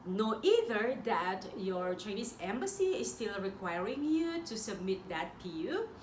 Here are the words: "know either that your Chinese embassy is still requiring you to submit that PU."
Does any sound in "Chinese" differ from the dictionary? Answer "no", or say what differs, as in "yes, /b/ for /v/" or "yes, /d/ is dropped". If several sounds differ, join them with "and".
yes, /s/ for /z/